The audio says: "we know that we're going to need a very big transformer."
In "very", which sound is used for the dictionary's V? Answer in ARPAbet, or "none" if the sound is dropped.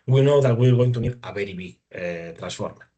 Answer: B